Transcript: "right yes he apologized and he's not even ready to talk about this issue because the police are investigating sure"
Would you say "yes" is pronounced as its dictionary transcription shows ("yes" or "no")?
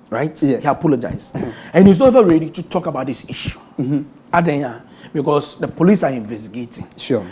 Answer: no